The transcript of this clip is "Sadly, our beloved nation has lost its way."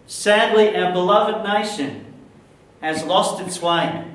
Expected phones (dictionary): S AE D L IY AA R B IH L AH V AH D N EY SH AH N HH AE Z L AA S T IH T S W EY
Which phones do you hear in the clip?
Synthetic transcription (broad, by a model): S AE D L IY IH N B IH L AH V AH D N EY SH AH N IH Z L AA S T IH T S W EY